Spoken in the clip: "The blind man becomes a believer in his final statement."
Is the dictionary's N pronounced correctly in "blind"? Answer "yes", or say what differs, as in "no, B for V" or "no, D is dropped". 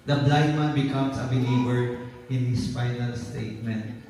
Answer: no, N is dropped